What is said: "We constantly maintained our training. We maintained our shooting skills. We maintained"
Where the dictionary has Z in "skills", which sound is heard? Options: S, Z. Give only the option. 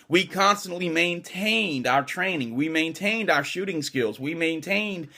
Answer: Z